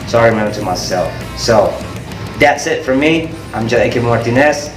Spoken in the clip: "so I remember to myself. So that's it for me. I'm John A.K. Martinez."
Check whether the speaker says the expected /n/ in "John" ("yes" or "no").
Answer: no